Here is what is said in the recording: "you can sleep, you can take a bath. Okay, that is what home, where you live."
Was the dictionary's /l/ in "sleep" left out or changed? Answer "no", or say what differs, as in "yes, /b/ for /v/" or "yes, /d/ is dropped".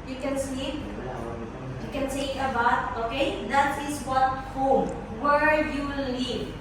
yes, /l/ is dropped